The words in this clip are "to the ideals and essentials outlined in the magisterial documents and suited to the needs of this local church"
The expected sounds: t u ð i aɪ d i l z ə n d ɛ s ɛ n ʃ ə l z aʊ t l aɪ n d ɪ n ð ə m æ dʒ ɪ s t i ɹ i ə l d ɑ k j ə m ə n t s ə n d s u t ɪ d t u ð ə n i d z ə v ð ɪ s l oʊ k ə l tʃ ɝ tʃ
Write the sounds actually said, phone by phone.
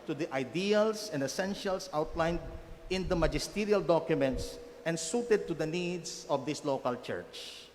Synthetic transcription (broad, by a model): t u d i aɪ d i l s ə n d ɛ s ɛ n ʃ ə l s aʊ t l aɪ n d ɪ n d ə m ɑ dʒ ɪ s t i ɹ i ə l d ɑ k j ə m ə n t s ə n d s u t ɪ d t u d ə n i d s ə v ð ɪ s l oʊ k ə l tʃ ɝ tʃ